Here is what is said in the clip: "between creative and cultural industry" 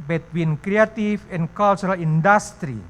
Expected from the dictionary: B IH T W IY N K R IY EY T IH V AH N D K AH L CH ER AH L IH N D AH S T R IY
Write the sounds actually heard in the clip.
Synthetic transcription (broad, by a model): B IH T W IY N K R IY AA T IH F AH N K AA L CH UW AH L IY N D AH S T R IY